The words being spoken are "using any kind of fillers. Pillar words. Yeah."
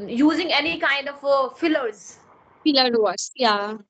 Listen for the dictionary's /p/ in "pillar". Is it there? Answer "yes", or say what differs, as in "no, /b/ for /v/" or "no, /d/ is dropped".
no, /f/ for /p/